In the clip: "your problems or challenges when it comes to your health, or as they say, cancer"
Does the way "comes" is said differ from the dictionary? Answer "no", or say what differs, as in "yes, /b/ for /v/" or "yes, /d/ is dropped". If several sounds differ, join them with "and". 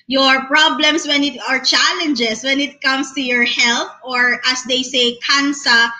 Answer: yes, /s/ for /z/